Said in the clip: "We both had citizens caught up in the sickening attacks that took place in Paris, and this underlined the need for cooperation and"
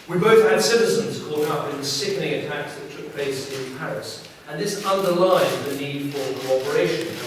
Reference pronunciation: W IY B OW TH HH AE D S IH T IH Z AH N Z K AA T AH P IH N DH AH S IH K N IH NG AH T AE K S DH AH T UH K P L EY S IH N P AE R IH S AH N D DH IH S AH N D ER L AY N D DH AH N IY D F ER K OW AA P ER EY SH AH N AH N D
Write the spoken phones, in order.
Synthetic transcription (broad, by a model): W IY B OW TH HH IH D S IH T IH Z AH N Z K AA T AH P IH N DH AH S IH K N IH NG AH T AE K S DH AH T UH K P L EY S IH N P AE R IH S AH N DH IH S AH N D ER L AY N DH AH N IY D F ER K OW AA P ER EY AH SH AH N